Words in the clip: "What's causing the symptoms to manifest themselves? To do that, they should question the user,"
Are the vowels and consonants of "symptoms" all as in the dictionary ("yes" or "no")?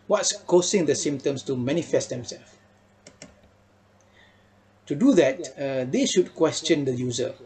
no